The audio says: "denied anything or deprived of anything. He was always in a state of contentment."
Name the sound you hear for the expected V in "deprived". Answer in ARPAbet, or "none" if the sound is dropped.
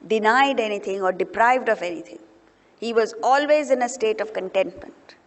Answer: V